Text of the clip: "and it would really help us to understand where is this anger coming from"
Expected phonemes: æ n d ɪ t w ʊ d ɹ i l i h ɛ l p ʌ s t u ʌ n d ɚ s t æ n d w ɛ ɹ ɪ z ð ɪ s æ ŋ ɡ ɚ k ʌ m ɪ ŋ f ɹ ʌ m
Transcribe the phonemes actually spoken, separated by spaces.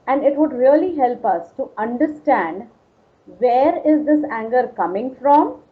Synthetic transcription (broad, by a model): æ n d ɪ t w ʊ d ɹ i l i h ɛ l p ʌ s t u ʌ n d ɚ s t æ n d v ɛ ɹ ɪ z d ɪ s æ ŋ ɡ ɚ k ʌ m ɪ ŋ f ɹ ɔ m